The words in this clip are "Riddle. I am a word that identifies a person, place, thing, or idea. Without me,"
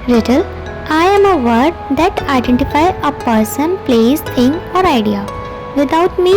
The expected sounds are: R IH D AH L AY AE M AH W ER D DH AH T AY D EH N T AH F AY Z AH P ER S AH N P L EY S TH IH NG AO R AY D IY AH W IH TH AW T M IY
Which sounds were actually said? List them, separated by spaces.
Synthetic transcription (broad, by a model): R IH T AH L AY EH M AH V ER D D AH T AY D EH N T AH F AY AH P ER S AH N P L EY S T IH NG AO R AY D IY AH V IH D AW T M IY